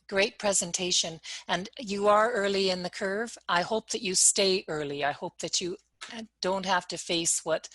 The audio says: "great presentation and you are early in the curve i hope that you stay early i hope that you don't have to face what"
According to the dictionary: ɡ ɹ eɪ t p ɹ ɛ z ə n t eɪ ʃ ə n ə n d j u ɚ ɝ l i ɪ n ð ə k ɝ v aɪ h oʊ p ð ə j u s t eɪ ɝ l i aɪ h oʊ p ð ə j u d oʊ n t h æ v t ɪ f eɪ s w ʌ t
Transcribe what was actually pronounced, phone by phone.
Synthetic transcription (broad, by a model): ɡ ɹ eɪ t p ɹ ɛ z ə n t eɪ ʃ ə n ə n j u ɚ ɝ l i ɪ n ð ə k ɝ v aɪ h oʊ p ð ə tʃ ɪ s t eɪ ɝ l i aɪ h oʊ p ð ə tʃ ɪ d oʊ n t h æ f t ɪ f eɪ s w ʌ t